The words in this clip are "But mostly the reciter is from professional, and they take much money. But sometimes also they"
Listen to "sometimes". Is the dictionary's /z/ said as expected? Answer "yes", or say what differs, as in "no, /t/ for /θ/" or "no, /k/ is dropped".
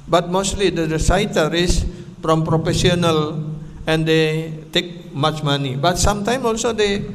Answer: no, /z/ is dropped